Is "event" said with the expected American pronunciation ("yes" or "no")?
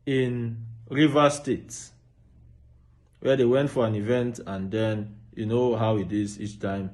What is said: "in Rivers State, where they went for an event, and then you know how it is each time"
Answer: yes